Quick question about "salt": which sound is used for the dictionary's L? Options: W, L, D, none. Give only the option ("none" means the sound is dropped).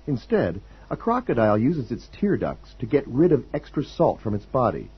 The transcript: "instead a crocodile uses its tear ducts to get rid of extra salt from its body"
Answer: L